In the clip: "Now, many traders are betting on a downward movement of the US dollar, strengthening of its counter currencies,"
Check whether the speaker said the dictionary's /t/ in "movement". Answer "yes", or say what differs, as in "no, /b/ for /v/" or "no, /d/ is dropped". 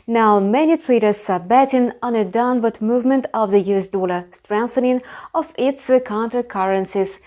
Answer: yes